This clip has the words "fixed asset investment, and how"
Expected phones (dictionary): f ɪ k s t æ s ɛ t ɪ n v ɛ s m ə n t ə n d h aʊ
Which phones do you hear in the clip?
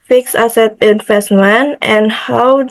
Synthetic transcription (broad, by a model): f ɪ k s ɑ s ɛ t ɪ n f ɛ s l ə n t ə n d h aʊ